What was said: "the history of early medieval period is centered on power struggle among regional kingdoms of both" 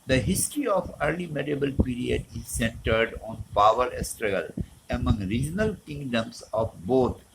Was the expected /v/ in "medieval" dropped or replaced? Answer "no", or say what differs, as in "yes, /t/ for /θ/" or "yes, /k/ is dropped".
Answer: yes, /b/ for /v/